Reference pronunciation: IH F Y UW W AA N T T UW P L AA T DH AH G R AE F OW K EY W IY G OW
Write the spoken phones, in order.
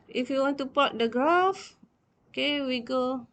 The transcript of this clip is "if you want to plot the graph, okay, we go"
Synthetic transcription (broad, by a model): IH F Y UW W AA N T T UW P AA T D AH G R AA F OW K EY W IY G OW